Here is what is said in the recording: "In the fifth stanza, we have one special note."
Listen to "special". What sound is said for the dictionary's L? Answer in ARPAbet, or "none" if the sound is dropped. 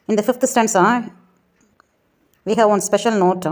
L